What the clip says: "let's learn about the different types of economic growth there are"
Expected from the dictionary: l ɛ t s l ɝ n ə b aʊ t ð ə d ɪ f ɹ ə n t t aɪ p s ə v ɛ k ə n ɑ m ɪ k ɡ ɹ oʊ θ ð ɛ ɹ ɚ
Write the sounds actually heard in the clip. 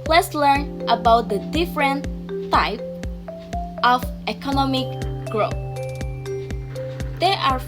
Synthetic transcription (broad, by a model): l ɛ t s l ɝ n ə b aʊ t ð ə d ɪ f ɹ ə n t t aɪ p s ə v ɛ k ə n ɑ m ɪ k ɡ ɹ oʊ θ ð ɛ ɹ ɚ